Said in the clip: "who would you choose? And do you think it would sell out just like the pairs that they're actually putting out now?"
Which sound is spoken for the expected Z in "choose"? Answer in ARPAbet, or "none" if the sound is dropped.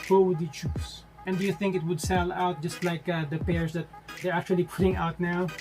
S